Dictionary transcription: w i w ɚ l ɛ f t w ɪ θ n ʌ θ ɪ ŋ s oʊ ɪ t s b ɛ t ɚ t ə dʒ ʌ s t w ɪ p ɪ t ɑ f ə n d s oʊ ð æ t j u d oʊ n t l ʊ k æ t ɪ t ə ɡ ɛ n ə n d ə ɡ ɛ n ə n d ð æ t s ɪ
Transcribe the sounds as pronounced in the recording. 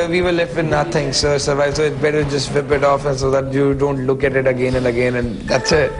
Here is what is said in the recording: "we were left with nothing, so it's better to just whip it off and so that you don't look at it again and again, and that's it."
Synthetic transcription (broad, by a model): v i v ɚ l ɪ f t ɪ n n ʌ t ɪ ŋ s oʊ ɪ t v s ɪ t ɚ t ə dʒ ʌ s t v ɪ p ɪ t ɑ f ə n s oʊ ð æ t j u d oʊ n t l ʊ k æ t ɪ t ə ɡ ɛ n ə n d ə ɡ ɛ n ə n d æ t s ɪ